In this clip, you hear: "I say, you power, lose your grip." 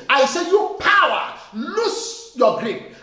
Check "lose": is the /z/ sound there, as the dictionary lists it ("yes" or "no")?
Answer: no